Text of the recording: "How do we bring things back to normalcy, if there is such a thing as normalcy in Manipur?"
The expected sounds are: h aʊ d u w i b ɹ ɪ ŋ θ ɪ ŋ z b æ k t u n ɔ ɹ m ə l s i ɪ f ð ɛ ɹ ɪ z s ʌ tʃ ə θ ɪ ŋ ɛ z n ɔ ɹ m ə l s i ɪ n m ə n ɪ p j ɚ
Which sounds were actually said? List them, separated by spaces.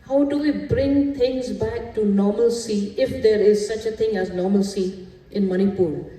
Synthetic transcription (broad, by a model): h aʊ d u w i b ɹ ɪ ŋ t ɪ ŋ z b æ k t u n ɔ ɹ m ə l s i ɪ f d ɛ ɹ ɪ z s ʌ tʃ ə t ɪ ŋ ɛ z n ɔ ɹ m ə l s i ɪ n m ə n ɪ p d